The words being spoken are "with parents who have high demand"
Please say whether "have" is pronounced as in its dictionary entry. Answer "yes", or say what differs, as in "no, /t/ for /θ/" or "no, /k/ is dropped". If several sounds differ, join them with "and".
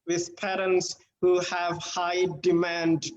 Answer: yes